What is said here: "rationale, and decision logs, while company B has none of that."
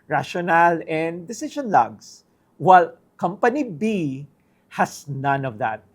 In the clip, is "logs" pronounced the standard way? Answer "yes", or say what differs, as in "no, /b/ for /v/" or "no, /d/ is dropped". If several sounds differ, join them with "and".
no, /s/ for /z/